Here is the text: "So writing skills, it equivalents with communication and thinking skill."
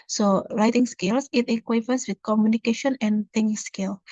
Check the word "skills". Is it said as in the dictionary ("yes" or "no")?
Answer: no